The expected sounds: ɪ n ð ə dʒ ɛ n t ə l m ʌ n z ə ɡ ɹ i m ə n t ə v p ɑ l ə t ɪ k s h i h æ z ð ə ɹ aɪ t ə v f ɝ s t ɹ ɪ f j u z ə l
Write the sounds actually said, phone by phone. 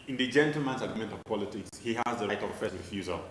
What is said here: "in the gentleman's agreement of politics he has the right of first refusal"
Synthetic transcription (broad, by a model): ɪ n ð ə dʒ ɛ n t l m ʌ n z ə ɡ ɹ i m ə n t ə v p ɑ l ə t ɪ k s h i h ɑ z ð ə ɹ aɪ t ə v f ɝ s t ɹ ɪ f j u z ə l